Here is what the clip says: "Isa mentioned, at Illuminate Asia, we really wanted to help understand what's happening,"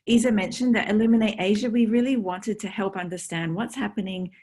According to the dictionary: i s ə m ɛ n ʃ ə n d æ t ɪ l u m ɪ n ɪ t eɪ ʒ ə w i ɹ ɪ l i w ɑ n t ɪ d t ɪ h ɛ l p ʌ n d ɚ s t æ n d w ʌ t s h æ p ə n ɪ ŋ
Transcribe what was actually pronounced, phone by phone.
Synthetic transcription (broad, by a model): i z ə m ɛ n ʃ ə n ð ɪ t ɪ l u m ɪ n ɪ t eɪ ʒ ə w i ɹ ɪ l i w ɑ n t ɪ d t ɪ h ɛ l p ʌ n d ɚ s t æ n d w ʌ t s h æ p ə n ɪ ŋ